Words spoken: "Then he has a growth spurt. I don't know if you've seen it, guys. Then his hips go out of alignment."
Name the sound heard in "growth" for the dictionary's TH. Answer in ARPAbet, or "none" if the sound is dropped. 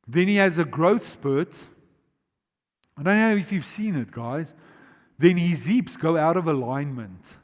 TH